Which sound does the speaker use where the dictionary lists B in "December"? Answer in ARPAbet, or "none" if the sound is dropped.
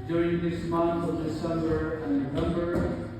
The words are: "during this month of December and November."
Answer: none